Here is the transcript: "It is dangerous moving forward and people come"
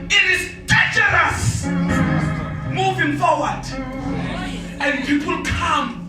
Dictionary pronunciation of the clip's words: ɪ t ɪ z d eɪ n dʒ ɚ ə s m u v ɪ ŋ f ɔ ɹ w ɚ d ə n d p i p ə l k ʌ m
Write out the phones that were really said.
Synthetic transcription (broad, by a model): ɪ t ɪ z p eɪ dʒ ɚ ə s m u v ɪ ŋ f ɔ w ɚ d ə n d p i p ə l k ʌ m